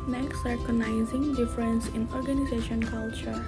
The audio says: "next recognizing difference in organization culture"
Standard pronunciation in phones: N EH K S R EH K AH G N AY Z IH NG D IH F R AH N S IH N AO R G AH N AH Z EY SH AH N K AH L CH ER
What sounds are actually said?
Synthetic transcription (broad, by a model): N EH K S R K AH N AY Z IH NG D IH F R AH N S IH N AO R G AH N AH Z EY SH AH N K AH L CH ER